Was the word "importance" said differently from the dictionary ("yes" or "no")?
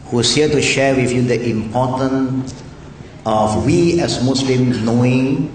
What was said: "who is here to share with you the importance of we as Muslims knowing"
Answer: yes